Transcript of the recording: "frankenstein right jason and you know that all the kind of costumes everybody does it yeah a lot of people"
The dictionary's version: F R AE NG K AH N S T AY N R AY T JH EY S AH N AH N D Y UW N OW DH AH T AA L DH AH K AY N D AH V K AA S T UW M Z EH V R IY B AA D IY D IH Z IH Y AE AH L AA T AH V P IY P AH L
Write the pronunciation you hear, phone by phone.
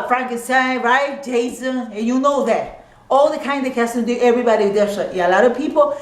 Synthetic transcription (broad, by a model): F R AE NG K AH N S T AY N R AY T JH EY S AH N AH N Y UW N OW DH AH T AA L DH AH K AY N D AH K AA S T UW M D EH V R IY B AA D IY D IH S IH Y AH L AA T AH V P IY P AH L